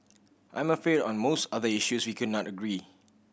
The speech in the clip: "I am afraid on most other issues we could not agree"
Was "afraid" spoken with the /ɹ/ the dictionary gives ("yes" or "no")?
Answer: no